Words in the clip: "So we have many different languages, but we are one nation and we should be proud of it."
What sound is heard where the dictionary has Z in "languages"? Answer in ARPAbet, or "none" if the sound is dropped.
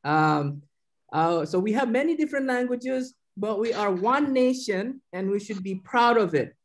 Z